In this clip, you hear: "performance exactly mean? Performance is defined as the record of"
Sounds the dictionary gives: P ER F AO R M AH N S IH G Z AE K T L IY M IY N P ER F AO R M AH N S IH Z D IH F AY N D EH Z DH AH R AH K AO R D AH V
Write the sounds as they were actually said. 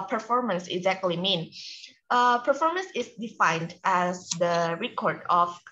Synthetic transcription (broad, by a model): P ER F AO R M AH N S IH G Z AE K T L IY M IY N P ER F AO R M AH N S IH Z D IH F AY N D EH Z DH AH R AH K AO R D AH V